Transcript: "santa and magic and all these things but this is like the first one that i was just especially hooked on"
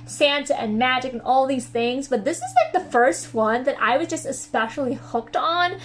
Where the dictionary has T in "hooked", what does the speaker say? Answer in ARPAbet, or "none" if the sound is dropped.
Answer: T